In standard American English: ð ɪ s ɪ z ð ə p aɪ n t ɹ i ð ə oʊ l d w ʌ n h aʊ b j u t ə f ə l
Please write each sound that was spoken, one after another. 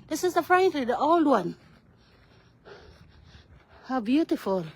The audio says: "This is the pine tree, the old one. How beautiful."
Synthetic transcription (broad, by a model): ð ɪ s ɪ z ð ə f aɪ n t l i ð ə oʊ l d w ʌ n h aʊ b j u t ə f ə l